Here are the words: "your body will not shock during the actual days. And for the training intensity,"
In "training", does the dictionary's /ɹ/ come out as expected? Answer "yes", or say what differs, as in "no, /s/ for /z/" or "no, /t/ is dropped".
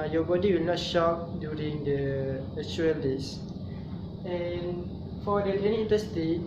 no, /ɹ/ is dropped